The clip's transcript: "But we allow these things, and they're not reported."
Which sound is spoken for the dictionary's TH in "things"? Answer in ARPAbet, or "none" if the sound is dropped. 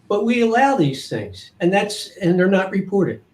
TH